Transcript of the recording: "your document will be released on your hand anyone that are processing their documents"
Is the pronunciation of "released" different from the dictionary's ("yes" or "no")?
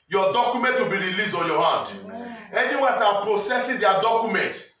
yes